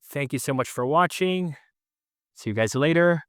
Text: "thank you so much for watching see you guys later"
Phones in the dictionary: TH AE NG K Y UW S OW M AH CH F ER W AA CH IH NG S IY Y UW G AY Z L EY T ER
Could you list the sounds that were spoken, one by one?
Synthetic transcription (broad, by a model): TH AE NG K Y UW S OW M AH CH F ER W AA CH IH NG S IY Y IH G AY Z L EY T ER